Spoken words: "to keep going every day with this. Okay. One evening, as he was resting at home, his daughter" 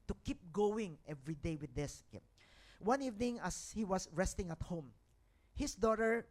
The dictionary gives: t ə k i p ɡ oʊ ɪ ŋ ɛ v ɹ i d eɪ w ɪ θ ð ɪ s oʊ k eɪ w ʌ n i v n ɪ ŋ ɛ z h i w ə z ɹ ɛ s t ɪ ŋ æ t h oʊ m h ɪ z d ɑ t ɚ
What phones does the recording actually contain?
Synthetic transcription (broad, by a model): t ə k i p ɡ oʊ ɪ ŋ ɛ v ɹ i d eɪ w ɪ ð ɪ s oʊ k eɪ w ʌ n i v n ɪ ŋ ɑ s h i w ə s ɹ ɛ s t ɪ ŋ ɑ t h oʊ m h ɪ s d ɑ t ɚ